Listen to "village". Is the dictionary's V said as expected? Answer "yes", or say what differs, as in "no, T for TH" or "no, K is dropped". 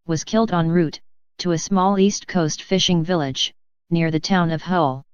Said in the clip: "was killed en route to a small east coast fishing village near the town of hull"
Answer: yes